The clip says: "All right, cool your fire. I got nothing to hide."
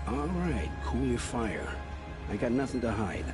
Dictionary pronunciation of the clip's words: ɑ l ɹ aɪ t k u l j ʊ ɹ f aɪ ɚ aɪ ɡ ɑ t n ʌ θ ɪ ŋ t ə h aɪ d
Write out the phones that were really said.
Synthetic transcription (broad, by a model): ɑ l ɹ aɪ t k u l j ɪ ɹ f aɪ ɚ aɪ ɡ ɑ t n ʌ θ ɪ ŋ t ə h aɪ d